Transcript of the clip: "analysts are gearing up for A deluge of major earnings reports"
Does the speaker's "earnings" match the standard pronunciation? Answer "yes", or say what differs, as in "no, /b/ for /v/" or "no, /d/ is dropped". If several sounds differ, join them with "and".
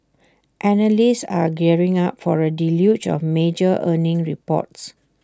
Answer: no, /z/ is dropped